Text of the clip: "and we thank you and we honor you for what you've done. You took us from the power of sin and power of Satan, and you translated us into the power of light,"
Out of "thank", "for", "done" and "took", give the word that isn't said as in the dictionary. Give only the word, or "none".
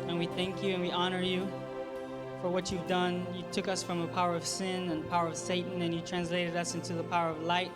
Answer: none